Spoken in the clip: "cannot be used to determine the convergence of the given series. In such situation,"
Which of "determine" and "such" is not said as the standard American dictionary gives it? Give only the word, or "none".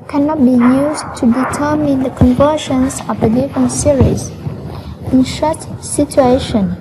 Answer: such